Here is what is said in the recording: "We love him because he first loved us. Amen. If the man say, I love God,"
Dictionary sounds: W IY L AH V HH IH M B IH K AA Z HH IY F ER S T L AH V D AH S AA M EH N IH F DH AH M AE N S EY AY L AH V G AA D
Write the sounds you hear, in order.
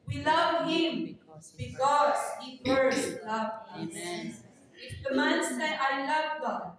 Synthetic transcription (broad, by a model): W IY L AH V HH IH M B IH K AA Z HH IY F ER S L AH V AH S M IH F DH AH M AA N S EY AY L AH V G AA